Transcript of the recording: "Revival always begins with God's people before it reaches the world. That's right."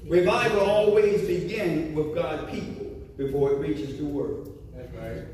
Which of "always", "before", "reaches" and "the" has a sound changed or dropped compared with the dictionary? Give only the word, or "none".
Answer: none